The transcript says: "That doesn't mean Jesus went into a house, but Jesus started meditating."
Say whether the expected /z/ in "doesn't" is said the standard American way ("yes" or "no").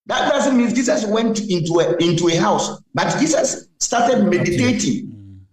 no